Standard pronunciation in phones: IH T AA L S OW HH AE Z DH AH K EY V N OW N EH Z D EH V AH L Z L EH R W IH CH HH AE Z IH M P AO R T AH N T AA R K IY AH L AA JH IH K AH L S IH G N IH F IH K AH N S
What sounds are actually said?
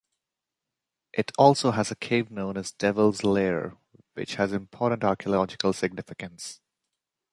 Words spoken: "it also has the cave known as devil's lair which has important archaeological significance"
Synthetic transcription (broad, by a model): IH T AA L S OW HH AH Z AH K EY V N OW N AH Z D EH V AH L Z L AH R W IH CH HH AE Z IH M P AO R T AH N T AA R K IY AH L AA JH IH K AH L S IH G N IH F IH K AH N S